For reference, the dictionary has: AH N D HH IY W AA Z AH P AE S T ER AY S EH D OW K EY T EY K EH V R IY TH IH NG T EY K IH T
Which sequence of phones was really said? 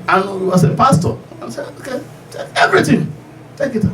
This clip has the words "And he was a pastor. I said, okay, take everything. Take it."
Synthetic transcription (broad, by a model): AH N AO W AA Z AH P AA S T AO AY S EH OW K EY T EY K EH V R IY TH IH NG T EY K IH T